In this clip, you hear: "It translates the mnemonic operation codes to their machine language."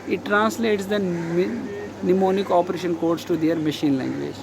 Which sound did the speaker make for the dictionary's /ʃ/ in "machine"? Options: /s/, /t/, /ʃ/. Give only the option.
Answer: /ʃ/